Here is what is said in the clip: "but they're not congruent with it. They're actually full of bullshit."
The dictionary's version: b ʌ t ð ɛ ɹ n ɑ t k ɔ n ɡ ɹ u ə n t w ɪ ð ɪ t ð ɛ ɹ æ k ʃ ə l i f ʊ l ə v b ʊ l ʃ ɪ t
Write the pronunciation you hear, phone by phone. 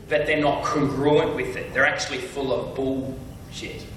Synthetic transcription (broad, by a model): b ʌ t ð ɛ ɹ n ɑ t k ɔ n ɡ ɹ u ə n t w ɪ ð ɪ t ð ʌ ɹ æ k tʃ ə l i f ʊ l ə v b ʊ l ʃ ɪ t